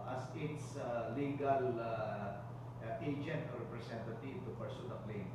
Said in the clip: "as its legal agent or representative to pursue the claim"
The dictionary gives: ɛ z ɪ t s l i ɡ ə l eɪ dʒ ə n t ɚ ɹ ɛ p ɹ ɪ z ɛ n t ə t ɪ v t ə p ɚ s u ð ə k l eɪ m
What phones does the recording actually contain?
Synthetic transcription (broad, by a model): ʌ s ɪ t s l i ɡ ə l eɪ dʒ ə n t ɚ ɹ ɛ p ɹ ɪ s ɛ n t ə t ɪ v t ə p ɚ s u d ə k l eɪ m